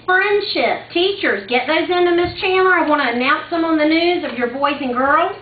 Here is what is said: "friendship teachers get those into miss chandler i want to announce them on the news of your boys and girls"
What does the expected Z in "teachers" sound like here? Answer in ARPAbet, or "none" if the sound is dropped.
Z